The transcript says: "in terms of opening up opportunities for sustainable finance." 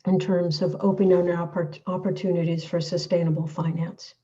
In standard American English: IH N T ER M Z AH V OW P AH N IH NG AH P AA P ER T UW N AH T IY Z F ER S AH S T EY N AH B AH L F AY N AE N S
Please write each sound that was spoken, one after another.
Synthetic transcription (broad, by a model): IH N T ER M Z AH V OW P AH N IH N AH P AA P ER T UW N AH T IY Z F ER S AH S T EY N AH B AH L F AY N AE N S